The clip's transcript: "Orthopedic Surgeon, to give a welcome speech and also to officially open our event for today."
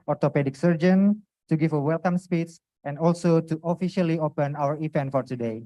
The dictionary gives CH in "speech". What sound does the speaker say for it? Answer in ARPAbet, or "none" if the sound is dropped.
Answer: S